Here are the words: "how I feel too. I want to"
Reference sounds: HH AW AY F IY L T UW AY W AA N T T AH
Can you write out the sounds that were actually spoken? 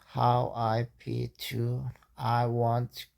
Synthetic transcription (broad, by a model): HH AW AY P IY T UW AY W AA N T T